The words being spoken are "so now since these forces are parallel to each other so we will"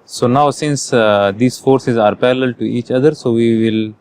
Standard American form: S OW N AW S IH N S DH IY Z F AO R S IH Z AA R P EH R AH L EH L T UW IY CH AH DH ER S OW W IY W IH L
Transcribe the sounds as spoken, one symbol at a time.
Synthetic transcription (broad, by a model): S OW N AW S IH N S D IY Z F AO R S IH Z AA R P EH L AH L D T UW IY CH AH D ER S OW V IY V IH L